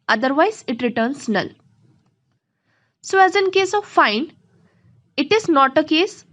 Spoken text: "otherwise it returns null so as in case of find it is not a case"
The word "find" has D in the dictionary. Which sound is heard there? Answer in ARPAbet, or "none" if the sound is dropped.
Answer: none